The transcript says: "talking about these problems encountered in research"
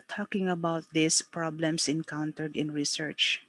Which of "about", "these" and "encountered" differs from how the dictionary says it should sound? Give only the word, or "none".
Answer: these